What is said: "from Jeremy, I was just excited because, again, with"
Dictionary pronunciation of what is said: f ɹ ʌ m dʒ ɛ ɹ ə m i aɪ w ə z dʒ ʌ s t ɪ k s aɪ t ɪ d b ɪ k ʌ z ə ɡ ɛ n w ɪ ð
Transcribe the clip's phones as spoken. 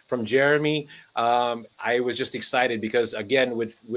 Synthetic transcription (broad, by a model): f ɹ ʌ m dʒ ɛ ɹ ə m i aɪ w ə z dʒ ʌ s t ɪ k s aɪ t ɪ d b ɪ k ʌ z ə ɡ ɛ n w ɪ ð